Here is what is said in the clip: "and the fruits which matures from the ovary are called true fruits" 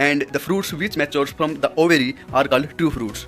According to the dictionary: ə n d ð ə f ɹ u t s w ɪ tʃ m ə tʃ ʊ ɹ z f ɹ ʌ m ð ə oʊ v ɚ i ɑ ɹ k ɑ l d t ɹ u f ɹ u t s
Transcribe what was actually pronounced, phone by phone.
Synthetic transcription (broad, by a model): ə n d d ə f ɹ u t s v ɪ tʃ m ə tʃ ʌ ɹ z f ɹ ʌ m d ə oʊ v ɚ i ɑ ɹ k ɑ l d t u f ɹ u t s